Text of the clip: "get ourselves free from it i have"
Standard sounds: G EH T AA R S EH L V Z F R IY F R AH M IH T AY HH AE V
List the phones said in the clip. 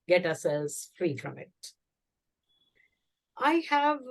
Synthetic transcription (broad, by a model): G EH T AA S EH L Z F R IY F R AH M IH T AY HH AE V